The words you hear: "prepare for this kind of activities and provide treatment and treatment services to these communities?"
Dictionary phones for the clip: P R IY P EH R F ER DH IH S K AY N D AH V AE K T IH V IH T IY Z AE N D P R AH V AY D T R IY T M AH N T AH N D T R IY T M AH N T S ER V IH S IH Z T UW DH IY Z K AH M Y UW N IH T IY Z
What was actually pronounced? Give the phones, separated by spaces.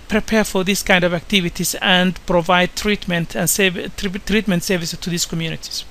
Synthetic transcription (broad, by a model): P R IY P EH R F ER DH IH S K AY N D AH V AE K T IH V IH T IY S AE N D P R AH V AY D T R IY T M AH N T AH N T T R IY T M AH N T S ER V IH S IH S T UW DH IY S K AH M Y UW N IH T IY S